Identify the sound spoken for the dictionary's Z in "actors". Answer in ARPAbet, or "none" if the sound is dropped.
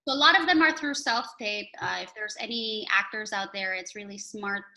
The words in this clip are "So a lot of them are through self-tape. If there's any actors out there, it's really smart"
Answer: Z